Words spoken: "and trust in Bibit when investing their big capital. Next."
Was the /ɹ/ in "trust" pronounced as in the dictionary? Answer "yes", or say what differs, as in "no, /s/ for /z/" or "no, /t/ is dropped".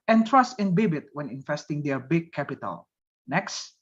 yes